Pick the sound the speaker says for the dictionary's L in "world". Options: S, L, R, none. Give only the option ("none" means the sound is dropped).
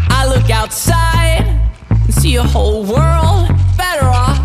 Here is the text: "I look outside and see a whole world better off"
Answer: L